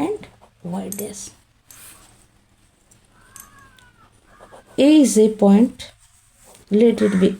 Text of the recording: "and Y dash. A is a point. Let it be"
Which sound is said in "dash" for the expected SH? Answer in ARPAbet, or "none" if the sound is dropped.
S